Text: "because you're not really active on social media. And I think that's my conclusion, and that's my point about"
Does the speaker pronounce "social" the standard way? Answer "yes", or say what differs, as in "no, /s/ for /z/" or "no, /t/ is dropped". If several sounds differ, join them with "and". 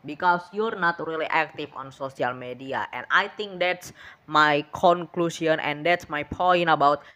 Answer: no, /s/ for /ʃ/